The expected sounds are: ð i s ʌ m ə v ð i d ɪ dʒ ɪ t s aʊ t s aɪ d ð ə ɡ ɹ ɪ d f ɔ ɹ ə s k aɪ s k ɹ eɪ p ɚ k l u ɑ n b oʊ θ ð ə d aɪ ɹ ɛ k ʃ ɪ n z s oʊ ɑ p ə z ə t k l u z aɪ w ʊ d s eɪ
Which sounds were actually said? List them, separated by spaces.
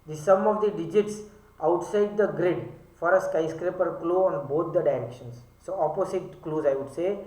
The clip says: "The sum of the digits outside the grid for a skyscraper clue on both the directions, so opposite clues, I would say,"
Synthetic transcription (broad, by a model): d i s ʌ m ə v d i d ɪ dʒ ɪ t s aʊ t s aɪ d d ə ɡ ɹ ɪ d f ɔ ɹ ə s k aɪ s k ɹ eɪ p ɚ k l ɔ ɑ n b oʊ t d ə d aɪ ɹ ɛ k ʃ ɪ n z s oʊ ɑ p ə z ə t k l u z aɪ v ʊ d s eɪ